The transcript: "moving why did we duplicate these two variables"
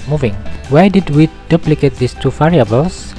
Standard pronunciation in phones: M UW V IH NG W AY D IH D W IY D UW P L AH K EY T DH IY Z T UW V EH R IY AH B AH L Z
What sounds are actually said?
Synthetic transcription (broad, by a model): M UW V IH NG W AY D IH D W IY D UW P L AH K EY T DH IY S T UW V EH R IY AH B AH L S